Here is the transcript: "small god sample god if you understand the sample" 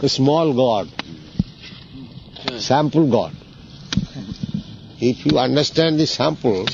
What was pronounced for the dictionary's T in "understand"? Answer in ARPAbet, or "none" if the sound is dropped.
T